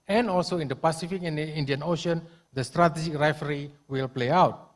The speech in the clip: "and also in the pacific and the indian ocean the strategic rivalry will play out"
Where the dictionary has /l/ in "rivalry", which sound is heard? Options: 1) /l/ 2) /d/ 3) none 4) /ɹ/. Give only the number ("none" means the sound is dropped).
3